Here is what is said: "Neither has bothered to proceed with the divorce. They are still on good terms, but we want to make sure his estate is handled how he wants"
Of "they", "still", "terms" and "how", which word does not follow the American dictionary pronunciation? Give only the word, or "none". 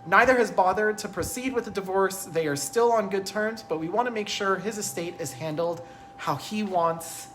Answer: none